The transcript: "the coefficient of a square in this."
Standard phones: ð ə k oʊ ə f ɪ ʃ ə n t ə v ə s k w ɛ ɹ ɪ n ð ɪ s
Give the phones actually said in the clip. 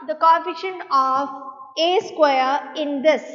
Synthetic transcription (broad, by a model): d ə k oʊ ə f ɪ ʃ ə n ə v ə s k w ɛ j ɪ n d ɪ s